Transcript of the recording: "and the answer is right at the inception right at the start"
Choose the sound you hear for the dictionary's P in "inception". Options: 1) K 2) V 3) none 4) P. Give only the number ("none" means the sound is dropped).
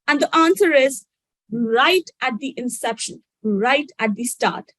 4